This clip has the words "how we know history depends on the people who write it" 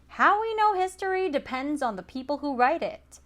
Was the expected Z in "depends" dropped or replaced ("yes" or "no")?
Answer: no